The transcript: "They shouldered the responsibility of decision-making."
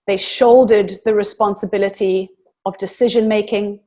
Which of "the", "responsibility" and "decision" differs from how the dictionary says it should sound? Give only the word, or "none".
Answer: none